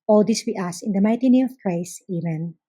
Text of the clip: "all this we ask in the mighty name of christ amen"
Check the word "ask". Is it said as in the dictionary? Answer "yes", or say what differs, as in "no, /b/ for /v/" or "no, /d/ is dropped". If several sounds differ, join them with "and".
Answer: no, /k/ is dropped